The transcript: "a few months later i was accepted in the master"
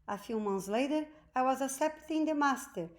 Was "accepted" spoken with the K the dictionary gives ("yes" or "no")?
no